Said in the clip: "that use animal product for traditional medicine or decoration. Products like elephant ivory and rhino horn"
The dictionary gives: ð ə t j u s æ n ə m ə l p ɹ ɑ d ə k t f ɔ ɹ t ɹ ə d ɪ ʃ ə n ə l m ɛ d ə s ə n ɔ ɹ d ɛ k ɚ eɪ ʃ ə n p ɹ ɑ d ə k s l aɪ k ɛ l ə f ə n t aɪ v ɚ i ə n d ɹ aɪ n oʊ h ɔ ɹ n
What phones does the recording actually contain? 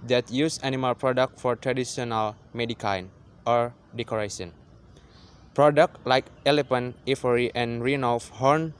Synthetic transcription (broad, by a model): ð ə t j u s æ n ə m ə l p ɹ ɑ d ə k t f ɔ ɹ t ɹ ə d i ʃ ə n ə l m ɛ d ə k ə n ɔ ɹ d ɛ k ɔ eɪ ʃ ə n p ɹ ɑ d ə k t l aɪ k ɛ l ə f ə n i f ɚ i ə n ɹ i n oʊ h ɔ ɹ n